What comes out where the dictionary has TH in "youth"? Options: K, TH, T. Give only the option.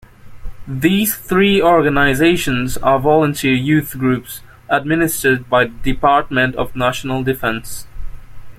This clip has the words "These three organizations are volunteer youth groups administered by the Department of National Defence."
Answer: TH